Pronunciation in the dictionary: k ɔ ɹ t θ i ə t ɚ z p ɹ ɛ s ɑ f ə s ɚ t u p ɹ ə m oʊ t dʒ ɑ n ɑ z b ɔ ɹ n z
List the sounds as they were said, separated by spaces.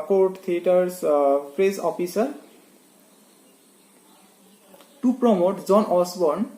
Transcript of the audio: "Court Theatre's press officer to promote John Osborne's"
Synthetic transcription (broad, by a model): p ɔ ɹ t t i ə t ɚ s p ɹ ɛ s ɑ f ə s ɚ t u p ɹ ə m oʊ t z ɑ n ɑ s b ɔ ɹ n